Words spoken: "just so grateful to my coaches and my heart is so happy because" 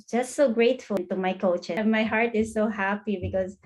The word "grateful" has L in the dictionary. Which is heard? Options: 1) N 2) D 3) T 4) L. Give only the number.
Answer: 1